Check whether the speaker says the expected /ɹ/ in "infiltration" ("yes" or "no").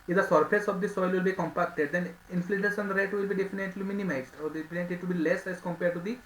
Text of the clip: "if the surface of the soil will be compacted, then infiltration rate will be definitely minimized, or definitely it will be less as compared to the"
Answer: no